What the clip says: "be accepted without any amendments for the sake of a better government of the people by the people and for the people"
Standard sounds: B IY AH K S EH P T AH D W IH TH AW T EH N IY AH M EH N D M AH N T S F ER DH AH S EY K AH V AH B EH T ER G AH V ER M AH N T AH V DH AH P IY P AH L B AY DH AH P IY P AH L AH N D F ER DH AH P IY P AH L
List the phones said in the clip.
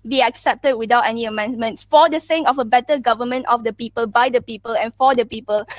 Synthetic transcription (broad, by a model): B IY AH K S EH P T AH D W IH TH AW T EH N IY AH M EH N D M AH N T S F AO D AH S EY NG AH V AH B EH T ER G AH V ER M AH N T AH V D AH P IY P AH L B AY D AH P IY P AH L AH N F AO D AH P IY P AH L